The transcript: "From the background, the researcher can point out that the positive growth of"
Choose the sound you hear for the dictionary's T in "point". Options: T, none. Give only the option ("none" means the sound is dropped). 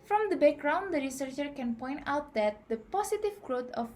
T